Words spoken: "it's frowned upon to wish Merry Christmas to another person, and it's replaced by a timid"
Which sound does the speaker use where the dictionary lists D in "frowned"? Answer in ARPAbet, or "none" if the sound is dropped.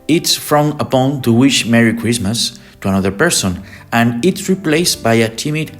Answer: none